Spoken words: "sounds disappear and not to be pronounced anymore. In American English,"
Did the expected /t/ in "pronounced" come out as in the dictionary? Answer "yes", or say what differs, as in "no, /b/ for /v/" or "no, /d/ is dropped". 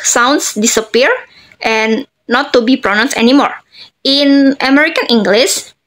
no, /t/ is dropped